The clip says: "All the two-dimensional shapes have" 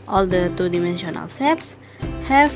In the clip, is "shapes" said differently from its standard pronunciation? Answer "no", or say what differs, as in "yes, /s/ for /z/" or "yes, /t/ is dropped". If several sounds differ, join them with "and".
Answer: yes, /s/ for /ʃ/